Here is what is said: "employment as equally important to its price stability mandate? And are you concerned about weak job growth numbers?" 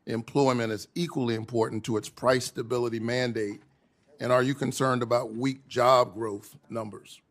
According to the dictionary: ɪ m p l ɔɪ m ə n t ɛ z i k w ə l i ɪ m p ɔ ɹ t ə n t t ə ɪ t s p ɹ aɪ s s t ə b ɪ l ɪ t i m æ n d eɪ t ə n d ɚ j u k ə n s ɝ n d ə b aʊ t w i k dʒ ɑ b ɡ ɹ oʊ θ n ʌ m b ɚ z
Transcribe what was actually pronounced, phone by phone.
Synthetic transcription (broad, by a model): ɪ m p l ɔɪ m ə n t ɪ z i k w ə l i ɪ m p ɔ ɹ t n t t ə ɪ t s p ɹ aɪ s s t ə b ɪ l ɪ t i m æ n d eɪ t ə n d ɚ j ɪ k ə n s ɝ n d ə b aʊ t w i k dʒ ɑ b ɡ ɹ oʊ θ n ʌ m b ɚ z